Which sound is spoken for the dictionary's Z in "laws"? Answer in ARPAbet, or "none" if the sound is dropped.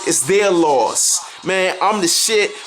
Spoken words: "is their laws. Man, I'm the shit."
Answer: S